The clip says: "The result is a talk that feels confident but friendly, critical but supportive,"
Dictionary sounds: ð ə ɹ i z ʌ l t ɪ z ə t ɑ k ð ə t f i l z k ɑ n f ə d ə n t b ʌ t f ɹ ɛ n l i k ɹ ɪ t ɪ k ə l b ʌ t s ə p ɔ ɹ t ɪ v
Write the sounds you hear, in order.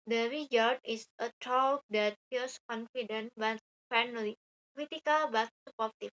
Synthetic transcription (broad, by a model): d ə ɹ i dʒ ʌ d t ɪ s ə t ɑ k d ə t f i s k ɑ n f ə d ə n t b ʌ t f ɛ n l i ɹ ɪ t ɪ k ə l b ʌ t s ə p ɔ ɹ t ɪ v